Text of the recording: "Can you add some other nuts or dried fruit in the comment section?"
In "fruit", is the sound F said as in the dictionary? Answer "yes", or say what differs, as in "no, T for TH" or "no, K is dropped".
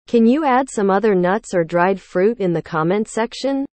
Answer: yes